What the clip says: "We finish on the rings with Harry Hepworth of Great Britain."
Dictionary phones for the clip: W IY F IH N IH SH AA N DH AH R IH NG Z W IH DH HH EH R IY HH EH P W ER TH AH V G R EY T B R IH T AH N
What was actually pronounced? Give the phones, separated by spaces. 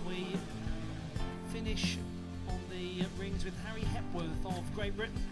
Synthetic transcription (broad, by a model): W IY F IH N IH SH N DH AH R IH NG Z W IH DH HH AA R IY HH EH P W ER TH AH V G R EY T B R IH T N